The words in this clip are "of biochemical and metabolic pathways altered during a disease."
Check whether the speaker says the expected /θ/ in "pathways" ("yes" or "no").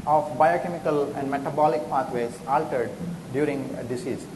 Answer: no